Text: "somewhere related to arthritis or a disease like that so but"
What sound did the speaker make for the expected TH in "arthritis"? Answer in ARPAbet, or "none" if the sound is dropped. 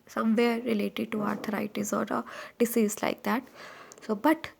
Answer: T